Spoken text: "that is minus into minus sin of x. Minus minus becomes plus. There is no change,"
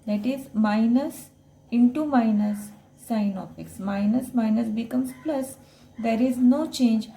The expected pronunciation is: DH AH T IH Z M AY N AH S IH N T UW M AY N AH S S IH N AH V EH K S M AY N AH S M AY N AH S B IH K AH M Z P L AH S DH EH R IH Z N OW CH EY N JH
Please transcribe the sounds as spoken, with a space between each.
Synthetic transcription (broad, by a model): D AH T IH Z M AY N AH S IH N T UW M AY N AH S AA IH N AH P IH K S M AY N AH S M AY N AH S B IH K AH M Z P L AH S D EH R IH Z N OW CH EY N JH